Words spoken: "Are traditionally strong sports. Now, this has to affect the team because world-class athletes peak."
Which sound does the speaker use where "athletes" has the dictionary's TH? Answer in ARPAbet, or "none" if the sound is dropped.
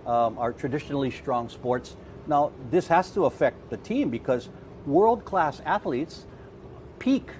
TH